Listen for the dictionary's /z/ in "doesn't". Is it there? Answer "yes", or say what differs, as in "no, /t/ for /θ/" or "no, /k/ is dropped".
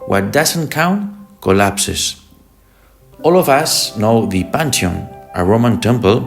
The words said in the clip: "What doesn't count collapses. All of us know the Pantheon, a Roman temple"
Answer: no, /s/ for /z/